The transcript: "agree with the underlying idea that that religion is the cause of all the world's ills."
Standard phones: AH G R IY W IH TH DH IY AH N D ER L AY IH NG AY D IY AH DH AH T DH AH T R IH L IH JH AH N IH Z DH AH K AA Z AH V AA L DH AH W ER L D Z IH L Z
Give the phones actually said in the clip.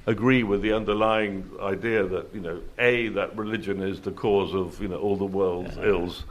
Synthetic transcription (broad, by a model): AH G R IY W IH DH IY AH N D ER L AY IH NG AY D IY AH DH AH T DH AH T R IH L IH JH AH N IH Z DH AH K AA Z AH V AA L DH AH W ER L D Z IH L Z